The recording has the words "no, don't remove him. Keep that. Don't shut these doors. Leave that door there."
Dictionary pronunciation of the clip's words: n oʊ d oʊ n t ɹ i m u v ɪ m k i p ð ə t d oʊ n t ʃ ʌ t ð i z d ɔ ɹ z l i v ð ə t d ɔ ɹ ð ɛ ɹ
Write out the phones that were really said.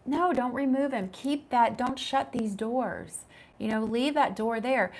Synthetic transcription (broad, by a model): n oʊ d oʊ n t ɹ i m u v ɪ m k i p ð ə t d oʊ n t ʃ ʌ t ð i z d ɔ ɹ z l i v ð ə t d ɔ ɹ ð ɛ ɹ